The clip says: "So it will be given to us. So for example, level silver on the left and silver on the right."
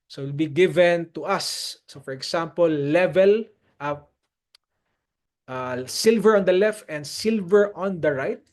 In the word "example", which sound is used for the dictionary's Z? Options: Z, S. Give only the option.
S